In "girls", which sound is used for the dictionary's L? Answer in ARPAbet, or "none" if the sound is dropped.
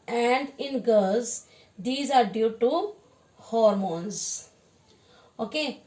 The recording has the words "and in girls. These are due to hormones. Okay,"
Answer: none